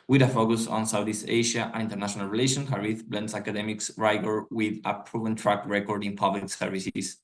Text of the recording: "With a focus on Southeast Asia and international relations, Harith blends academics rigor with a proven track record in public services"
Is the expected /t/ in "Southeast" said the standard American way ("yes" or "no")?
no